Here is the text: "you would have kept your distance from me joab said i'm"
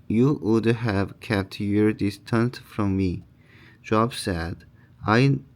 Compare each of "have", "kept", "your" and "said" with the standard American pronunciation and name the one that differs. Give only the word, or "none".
none